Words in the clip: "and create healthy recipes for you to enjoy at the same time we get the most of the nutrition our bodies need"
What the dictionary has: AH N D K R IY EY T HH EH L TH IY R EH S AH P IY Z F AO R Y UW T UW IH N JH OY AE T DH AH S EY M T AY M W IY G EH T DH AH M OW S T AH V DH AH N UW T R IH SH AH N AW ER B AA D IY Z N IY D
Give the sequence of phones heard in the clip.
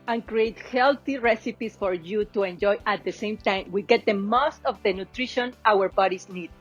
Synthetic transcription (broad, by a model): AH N K R IY EY T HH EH L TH IY R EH S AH P IY S F AO R Y UW T UW IH N JH OY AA T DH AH S EY M T AY M W IY G EH T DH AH M OW S T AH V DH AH N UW T R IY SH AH N AW ER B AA D IY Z N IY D